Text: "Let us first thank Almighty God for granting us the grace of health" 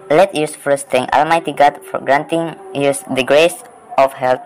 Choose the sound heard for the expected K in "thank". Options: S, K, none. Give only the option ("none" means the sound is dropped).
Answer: none